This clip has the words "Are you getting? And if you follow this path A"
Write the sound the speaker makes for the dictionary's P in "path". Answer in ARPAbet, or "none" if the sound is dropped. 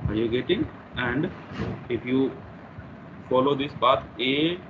B